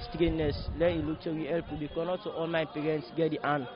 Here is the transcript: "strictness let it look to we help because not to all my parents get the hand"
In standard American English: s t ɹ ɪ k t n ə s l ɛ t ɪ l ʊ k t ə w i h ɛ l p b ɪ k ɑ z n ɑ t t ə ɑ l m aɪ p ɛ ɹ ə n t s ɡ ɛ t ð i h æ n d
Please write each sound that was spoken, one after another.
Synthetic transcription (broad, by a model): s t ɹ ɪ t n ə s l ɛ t ɪ l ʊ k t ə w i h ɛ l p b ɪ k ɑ n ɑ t t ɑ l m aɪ p ɛ ɹ ə n t s ɡ ɛ t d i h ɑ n